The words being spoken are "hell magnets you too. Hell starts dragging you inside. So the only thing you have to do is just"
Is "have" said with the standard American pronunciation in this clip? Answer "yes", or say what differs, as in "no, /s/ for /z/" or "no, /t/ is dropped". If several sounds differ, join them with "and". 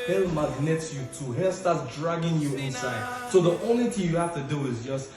no, /f/ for /v/